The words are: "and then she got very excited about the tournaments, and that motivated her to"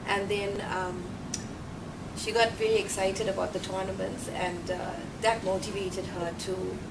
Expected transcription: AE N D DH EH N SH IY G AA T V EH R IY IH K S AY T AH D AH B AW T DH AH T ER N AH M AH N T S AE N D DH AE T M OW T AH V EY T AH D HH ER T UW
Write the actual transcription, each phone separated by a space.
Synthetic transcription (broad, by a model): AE N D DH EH N SH IY G AA T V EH L IY IH K S AY T AH D AH B AW T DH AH T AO N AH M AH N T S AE N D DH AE T M OW T AH V EY T AH D HH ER T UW